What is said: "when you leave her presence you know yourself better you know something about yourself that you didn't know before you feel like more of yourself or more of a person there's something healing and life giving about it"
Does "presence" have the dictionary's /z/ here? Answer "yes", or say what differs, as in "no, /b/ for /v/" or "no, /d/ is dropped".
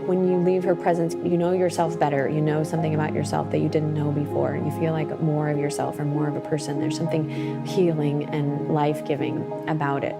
yes